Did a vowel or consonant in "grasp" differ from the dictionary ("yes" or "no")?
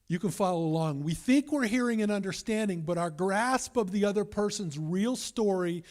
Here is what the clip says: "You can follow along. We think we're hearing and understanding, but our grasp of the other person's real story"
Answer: no